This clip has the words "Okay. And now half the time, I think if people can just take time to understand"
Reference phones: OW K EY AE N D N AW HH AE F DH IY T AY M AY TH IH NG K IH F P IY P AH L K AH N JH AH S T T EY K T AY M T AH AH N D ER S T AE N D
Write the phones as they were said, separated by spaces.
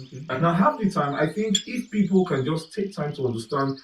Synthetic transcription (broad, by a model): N N AW HH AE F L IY T AY M AY TH IH NG K IH F P IY P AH L K AH N JH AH S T T EY K T AY M T AH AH N D ER S T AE N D